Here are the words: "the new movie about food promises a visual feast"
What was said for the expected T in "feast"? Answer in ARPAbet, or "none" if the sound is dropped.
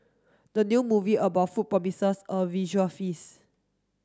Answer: none